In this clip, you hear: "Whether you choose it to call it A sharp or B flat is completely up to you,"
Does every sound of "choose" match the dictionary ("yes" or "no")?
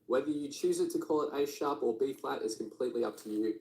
yes